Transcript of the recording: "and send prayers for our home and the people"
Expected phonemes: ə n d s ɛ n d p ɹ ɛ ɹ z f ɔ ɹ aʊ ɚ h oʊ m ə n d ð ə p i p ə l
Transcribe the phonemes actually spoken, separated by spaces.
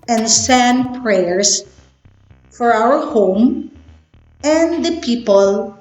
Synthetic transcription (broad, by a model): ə n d s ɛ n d p ɹ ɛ ɹ s f ɔ ɹ aʊ ɚ h oʊ m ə n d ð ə p i p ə l